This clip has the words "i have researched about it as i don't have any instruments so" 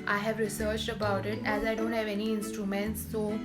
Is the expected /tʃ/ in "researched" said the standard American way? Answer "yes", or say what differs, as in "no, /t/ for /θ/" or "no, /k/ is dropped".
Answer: yes